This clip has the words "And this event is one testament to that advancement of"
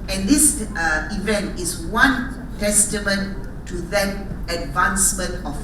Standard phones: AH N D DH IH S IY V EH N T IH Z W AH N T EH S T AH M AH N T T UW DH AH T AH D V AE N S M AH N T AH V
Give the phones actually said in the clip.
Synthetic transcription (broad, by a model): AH N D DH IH S IY V EH N T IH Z W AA N T EH S T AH M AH N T T UW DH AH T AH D V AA N S M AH N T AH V